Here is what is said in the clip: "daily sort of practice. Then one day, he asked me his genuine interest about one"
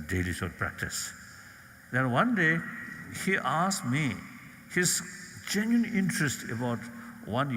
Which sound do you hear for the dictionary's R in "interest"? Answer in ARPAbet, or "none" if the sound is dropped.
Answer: R